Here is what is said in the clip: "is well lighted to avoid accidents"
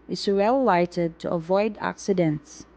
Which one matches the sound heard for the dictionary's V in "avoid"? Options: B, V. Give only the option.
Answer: V